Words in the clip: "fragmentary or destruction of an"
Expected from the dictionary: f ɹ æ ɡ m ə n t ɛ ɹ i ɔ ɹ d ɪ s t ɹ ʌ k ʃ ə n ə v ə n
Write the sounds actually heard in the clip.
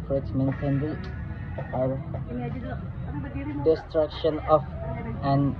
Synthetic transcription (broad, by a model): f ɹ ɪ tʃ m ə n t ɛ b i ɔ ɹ d ɪ s t ɹ ʌ k ʃ ə n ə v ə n